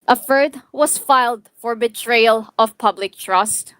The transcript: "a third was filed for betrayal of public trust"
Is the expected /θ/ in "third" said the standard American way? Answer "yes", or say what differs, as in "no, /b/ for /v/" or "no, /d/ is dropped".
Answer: no, /f/ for /θ/